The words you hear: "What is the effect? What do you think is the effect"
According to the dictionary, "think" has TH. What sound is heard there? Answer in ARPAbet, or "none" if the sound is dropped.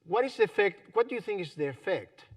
TH